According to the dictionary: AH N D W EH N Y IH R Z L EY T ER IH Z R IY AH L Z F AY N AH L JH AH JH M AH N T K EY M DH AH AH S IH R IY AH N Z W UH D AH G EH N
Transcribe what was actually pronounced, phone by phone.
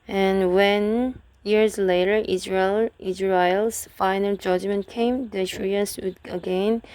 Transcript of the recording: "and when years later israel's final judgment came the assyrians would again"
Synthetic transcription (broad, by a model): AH N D W EH N Y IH R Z L EY T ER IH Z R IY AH L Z F AY N AH L JH AH JH M AH N T K EY M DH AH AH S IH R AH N S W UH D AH G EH N